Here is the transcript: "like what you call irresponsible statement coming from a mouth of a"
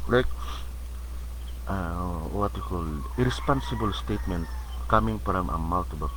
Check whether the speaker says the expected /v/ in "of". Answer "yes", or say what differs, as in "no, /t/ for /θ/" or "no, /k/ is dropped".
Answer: no, /b/ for /v/